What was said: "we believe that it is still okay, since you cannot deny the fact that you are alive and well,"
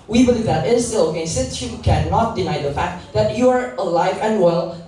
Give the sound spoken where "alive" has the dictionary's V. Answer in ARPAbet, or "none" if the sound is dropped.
V